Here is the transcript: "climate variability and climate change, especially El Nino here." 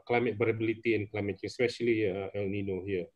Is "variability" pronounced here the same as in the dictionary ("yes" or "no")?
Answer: no